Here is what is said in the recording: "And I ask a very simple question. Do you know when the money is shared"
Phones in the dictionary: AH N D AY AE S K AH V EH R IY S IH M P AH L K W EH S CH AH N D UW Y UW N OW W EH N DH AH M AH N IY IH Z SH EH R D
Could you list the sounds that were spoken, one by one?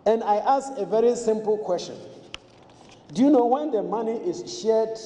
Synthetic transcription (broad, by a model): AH N D AY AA S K AH V EH R IY S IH M P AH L K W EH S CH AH N D UW Y UW N OW W EH N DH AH M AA N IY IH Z SH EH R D